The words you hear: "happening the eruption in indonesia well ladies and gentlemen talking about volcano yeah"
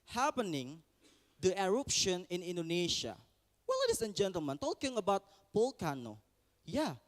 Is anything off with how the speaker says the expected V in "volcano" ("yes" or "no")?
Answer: yes